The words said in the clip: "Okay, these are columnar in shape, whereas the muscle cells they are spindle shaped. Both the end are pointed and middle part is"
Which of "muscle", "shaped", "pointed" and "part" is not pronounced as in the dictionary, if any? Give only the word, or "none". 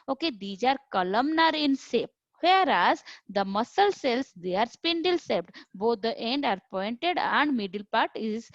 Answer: shaped